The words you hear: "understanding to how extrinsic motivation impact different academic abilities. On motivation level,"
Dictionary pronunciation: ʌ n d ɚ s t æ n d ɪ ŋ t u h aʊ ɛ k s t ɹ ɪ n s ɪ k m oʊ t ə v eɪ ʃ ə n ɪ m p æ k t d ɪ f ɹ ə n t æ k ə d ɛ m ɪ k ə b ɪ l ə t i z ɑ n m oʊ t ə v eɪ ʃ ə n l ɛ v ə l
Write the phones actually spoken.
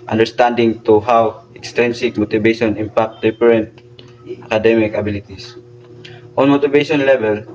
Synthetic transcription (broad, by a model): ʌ n d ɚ s t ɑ n d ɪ ŋ t u h aʊ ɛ k s t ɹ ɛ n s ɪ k m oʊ t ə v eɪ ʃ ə n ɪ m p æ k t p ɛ ɹ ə n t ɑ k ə d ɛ m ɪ k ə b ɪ l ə t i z ɑ n m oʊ t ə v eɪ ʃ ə n l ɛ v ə l